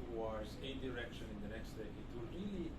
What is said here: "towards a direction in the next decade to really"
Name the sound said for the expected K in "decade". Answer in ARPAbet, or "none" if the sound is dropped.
none